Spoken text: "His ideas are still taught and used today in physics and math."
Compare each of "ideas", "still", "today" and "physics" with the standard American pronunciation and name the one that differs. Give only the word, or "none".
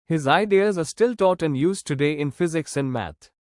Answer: none